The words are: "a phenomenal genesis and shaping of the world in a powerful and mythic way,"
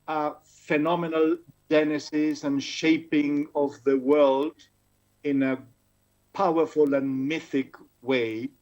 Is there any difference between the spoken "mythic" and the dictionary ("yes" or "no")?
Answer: no